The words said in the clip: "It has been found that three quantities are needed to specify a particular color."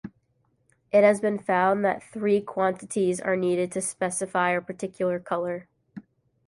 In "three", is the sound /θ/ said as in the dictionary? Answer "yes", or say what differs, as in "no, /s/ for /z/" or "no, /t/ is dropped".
yes